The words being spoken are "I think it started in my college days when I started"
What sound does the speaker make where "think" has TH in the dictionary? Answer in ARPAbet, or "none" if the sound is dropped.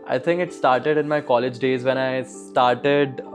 T